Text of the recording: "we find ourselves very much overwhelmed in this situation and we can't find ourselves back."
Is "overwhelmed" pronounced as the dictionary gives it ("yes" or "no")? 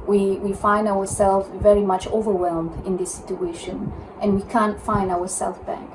yes